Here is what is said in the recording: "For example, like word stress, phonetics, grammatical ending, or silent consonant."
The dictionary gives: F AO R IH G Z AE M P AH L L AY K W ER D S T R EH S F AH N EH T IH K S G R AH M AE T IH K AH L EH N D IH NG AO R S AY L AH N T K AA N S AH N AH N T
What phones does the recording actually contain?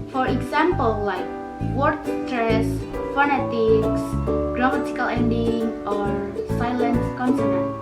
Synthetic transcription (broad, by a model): F AO R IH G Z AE M P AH L L AY K W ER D S T R EH S F AH N EH T IH K S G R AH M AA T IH K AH L EH N D IH NG AO R S AY L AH N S K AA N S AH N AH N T